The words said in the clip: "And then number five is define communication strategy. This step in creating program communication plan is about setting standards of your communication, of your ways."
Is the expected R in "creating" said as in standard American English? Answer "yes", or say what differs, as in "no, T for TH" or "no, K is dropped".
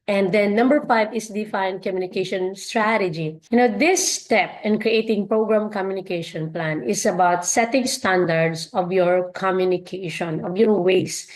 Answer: yes